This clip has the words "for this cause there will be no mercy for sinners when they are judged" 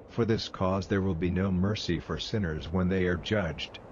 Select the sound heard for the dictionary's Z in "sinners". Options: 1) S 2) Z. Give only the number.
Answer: 2